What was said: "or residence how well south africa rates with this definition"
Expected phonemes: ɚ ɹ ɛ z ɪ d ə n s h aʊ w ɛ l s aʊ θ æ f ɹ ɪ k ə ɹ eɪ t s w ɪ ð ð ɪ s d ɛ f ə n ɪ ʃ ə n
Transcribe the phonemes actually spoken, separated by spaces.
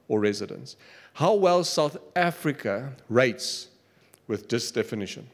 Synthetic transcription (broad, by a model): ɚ ɹ ɛ z ɪ d ə n s h aʊ w ɛ l s aʊ θ æ f ɹ ɪ k ə ɹ eɪ t s w ɪ ð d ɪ s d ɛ f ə n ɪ ʃ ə n